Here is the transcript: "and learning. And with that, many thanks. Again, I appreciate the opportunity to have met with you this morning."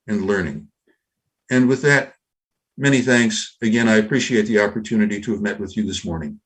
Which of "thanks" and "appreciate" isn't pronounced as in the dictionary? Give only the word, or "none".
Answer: none